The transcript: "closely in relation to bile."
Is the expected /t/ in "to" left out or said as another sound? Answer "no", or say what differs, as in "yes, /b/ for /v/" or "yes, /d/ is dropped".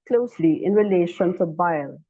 yes, /s/ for /t/